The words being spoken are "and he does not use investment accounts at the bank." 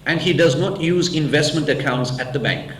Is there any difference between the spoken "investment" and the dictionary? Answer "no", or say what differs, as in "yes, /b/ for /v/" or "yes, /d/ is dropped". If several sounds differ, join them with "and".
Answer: no